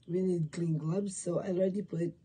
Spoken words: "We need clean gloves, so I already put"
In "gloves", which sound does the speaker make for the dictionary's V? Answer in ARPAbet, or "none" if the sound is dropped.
B